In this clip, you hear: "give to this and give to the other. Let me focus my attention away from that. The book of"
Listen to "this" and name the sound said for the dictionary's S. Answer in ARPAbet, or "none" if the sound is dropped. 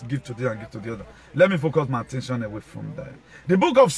none